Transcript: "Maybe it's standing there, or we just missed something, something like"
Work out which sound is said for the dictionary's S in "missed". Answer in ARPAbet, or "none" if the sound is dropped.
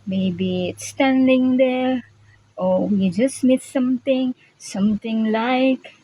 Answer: none